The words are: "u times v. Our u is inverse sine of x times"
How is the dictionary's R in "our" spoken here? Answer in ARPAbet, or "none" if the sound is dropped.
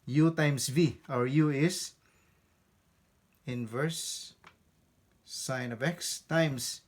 R